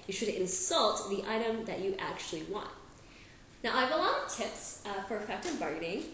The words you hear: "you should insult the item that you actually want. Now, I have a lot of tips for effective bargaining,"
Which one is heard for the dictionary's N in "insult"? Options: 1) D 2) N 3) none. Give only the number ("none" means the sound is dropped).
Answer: 2